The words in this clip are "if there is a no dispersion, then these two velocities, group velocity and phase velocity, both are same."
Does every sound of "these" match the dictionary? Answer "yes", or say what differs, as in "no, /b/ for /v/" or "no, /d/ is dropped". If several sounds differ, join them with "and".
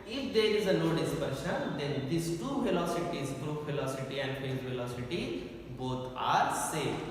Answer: no, /s/ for /z/